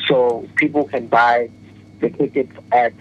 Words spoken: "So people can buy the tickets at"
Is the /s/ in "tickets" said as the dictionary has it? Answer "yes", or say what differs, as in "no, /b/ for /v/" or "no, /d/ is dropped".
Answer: no, /s/ is dropped